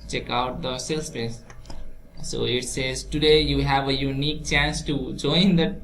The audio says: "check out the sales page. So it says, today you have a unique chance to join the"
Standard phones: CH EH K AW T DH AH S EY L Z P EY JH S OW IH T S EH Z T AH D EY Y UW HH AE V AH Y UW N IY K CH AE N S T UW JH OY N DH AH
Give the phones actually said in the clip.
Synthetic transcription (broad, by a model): CH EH K AW T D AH S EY L S P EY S S OW IH T S EH Z T AH D EY Y UW HH AE V AH Y UW N IY K CH AE N S T UW JH OY N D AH